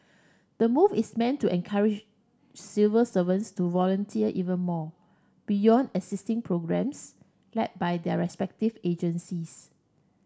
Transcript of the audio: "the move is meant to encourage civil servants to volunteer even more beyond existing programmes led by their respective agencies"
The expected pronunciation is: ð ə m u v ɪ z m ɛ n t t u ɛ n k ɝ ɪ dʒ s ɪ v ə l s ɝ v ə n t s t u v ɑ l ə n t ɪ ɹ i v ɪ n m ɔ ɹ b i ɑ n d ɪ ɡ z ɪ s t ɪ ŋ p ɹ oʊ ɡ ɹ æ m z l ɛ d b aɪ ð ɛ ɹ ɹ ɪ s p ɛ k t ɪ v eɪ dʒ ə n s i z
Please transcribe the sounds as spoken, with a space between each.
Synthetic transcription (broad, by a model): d ə m u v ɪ s m ɛ n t t u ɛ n k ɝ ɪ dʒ s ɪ v ə s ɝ v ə n s t u v ɑ l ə n t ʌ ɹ i v ɪ n m ɔ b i ɑ n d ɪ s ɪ s t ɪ ŋ p ɹ oʊ ɡ ɹ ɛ m s l ɛ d b aɪ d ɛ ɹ ɹ ɪ s p ɛ k t ɪ v eɪ dʒ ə n s i s